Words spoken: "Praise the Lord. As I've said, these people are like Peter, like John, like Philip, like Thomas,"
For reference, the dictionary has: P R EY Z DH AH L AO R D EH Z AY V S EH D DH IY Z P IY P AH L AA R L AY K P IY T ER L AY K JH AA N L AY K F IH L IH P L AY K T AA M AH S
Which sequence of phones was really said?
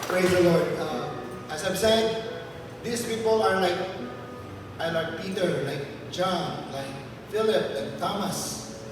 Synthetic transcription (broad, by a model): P R EY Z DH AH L AO R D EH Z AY B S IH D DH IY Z P IY P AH L AA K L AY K P IY T ER L AY K JH AA N L AY K F IH L IH P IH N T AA M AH S